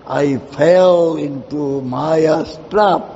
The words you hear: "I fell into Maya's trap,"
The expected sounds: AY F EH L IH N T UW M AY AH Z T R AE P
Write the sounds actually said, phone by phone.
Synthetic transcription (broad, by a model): AY F EH L IH N T UW M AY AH S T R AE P